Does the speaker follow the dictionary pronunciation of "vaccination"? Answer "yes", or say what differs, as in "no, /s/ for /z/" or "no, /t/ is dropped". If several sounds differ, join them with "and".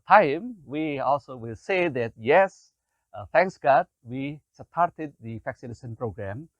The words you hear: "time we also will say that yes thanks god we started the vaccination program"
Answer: no, /f/ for /v/